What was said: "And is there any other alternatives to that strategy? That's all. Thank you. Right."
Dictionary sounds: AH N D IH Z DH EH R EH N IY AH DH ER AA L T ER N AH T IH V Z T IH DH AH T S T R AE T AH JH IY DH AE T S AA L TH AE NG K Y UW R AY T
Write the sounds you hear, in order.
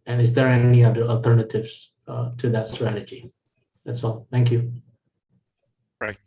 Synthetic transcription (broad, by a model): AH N IH Z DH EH R EH N IY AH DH ER AA L T ER N AH T IH V Z T IH DH AH T S T R AE T AH JH IY DH AE T S AA L TH AE NG K Y UW